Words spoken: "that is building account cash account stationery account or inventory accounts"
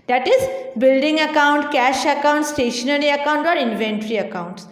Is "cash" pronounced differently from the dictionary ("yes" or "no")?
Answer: no